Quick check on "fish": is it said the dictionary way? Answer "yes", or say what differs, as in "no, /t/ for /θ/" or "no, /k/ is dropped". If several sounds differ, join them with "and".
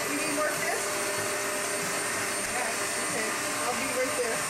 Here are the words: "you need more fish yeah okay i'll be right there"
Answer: no, /s/ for /ʃ/